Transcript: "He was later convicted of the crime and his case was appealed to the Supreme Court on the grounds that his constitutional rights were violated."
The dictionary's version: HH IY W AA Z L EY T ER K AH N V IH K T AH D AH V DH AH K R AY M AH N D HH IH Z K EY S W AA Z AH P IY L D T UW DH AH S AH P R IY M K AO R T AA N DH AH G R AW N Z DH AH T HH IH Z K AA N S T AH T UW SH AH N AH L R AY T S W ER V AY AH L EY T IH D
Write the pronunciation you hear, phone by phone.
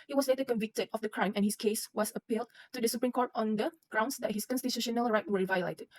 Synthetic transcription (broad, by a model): HH IY W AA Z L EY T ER K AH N V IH K T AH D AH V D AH K R AY M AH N HH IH S K EY S W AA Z AH P IY L D T UW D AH S AH P R IY M K AO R T AA N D AH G R AW N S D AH T HH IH S K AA N S T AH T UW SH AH N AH L R AY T W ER V AY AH L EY T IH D